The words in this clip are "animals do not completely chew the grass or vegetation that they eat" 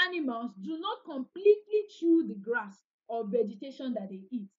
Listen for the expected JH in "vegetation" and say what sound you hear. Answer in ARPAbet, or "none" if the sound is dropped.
JH